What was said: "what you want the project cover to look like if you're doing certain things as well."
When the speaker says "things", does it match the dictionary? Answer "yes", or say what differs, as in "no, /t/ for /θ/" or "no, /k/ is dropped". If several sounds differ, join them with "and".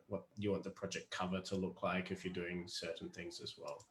yes